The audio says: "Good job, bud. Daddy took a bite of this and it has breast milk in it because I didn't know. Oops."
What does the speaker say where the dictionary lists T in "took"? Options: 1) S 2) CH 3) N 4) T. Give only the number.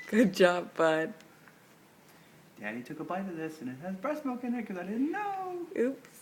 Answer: 4